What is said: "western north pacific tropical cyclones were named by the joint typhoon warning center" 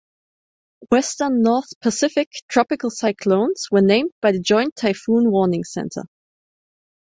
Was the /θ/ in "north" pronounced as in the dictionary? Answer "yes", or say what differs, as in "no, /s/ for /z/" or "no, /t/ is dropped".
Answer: yes